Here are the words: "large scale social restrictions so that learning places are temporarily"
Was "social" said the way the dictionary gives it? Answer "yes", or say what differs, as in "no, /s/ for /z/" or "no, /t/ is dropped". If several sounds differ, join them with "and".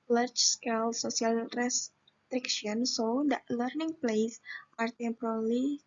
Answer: no, /s/ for /ʃ/